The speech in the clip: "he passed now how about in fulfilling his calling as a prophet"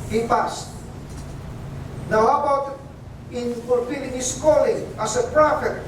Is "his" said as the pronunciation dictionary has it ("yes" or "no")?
no